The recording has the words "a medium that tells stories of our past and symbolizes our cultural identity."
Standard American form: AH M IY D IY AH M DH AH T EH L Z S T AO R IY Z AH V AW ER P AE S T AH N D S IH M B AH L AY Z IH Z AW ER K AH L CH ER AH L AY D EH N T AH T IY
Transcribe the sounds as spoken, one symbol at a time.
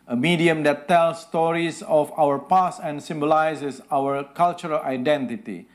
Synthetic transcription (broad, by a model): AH M IY D IY AH M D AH T EH L S T AO R IY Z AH F AW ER P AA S AH N S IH M B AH L AY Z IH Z AW ER K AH L CH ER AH L AY D EH N T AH T IY